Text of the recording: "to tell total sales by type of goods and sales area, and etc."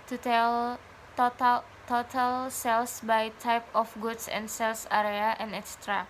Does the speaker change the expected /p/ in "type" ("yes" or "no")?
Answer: no